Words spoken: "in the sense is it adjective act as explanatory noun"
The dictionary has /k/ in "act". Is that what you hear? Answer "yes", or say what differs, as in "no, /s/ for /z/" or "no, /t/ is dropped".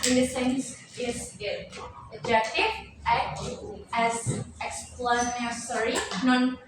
no, /k/ is dropped